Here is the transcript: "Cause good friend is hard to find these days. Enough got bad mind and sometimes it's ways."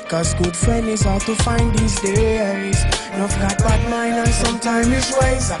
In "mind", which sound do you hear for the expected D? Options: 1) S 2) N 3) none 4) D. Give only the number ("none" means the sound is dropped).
3